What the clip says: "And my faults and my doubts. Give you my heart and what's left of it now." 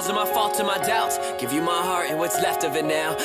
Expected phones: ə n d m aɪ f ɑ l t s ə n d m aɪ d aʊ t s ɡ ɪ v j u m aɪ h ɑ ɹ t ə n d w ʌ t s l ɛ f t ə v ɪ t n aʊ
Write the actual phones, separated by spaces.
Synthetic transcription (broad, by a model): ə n m aɪ f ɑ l t ə m aɪ d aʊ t ɡ ɪ v j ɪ m aɪ h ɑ ɹ ə w ʌ t s l ɛ f t ə v ɪ t n aʊ